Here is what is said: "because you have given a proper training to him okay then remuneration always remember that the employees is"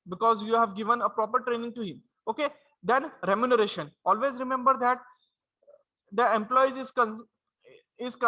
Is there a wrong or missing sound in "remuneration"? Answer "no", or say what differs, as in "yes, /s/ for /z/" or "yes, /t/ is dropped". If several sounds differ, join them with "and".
no